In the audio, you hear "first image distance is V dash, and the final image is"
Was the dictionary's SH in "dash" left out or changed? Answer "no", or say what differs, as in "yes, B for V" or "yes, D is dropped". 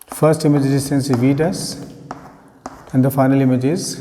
yes, S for SH